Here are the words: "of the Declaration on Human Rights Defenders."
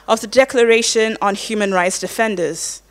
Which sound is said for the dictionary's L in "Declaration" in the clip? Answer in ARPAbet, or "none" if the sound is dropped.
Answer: L